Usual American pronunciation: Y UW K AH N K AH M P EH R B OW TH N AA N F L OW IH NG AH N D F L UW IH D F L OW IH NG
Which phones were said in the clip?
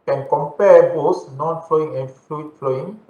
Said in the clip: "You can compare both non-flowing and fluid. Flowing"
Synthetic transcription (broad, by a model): K AH N K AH M P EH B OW S N AA N F L OW IH NG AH N F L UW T F L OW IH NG